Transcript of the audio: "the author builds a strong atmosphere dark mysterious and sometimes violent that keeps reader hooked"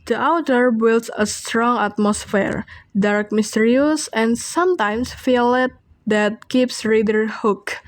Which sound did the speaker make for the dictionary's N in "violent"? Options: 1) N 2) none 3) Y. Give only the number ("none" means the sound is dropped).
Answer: 2